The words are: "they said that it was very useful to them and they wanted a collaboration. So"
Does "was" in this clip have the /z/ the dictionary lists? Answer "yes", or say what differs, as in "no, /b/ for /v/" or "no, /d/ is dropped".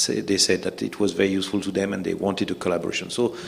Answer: yes